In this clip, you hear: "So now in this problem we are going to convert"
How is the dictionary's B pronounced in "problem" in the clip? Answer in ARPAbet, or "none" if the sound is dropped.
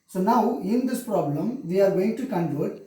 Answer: B